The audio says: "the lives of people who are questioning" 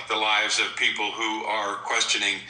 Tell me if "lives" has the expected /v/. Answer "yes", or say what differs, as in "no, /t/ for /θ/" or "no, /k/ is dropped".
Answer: yes